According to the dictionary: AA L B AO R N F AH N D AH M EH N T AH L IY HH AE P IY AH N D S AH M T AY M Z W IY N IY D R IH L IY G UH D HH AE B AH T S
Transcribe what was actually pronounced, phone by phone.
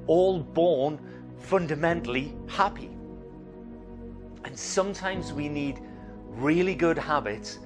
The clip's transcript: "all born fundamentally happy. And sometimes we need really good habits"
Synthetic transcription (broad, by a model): AA L B AO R N F AH N D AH M EH N T L IY HH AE P IY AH N S AH M T AY M Z W IY N IY D R IH L IY G UH D HH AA B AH T S